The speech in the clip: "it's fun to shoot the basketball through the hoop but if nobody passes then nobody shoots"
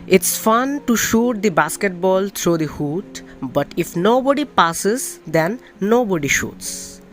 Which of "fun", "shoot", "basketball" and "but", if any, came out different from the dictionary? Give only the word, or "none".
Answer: none